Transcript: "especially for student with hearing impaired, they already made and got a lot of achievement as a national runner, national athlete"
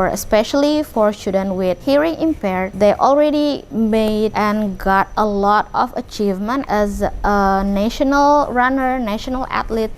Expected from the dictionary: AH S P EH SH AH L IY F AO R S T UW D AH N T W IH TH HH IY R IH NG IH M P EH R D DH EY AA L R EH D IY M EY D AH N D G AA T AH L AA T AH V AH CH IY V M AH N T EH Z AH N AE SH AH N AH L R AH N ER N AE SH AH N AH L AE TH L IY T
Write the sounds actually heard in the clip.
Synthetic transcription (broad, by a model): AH S P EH SH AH L IY F AO R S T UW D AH N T W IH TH HH IY R IH NG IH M P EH R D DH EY AA L R EH D IY M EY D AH N G AA T AH L AA T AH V AH CH IY V M AH N T EH Z AH N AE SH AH N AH L R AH N ER N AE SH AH N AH L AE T L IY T